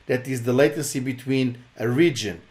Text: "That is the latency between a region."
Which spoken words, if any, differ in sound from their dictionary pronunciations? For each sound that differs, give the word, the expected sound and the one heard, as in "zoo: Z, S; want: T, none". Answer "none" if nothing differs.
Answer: latency: N, none